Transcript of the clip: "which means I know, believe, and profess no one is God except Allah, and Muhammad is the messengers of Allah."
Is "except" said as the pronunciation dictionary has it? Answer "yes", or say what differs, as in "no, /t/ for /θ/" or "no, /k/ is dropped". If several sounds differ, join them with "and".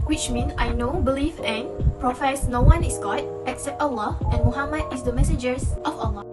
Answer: yes